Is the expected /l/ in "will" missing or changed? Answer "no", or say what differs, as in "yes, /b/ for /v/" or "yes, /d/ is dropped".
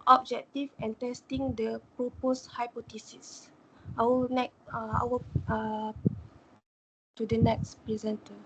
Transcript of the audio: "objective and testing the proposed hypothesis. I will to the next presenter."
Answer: yes, /w/ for /l/